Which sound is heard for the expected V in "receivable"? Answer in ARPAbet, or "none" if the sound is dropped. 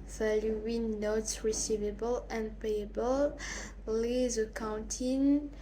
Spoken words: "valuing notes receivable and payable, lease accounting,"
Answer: V